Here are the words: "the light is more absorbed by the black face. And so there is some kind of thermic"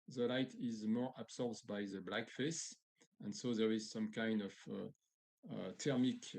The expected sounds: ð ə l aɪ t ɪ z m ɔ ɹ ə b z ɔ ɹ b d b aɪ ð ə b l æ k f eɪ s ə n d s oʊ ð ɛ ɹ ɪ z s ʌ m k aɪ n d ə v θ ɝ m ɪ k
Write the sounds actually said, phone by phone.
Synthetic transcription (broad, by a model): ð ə l aɪ t ɪ z m ɔ ɹ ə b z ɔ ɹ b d b aɪ ð ə b l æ k f eɪ s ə n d s oʊ ð ɛ ɹ ɪ z s ʌ m k aɪ n d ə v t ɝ m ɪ k